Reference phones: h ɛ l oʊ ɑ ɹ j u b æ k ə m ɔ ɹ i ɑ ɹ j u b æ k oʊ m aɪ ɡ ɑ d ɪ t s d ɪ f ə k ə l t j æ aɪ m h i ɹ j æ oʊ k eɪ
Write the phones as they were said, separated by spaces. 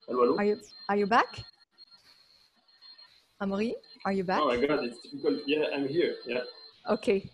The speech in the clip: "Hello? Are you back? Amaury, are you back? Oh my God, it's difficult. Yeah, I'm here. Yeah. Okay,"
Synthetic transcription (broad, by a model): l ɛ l oʊ ɑ ɹ j u b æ k ə m ɔ ɹ i ɑ ɹ j u b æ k oʊ m aɪ ɡ ɑ d ɪ t s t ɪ p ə k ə l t j æ aɪ m h i ɹ j æ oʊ k eɪ